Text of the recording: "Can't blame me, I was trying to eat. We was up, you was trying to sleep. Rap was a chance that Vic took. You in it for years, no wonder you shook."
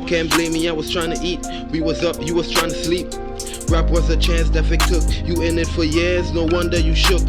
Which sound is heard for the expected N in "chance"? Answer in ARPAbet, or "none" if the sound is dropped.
N